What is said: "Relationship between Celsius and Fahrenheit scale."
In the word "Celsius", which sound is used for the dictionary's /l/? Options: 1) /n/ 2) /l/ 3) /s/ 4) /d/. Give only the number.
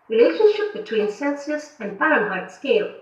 1